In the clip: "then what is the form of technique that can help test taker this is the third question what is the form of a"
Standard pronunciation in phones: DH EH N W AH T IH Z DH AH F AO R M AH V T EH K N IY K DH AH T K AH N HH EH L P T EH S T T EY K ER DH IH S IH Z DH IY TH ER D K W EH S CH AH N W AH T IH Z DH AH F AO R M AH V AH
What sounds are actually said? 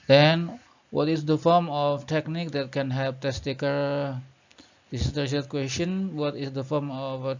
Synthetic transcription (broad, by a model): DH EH N W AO T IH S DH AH F AO R M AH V T EH K N IY K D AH T K AH N HH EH P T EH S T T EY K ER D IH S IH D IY S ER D K W EH S CH AH N W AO T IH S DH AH F AO R M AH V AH